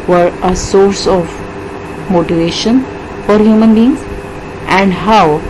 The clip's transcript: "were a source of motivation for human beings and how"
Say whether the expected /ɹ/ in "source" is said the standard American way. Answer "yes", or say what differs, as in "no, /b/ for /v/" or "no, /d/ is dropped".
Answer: yes